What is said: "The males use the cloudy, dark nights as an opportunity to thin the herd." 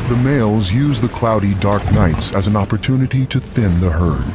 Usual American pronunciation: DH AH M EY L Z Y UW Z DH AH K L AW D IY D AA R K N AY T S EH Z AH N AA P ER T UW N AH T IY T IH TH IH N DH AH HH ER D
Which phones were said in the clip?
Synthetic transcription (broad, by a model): DH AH M EY L Z Y UW Z DH AH K L AW D IY D AA R K N AY T S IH Z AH N AA P ER T UW N AH T IY T IH TH IH N DH AH HH ER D